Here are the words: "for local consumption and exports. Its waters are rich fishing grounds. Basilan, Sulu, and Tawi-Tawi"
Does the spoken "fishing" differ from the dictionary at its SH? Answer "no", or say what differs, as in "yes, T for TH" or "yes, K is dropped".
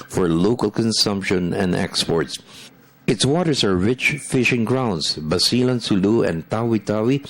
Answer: no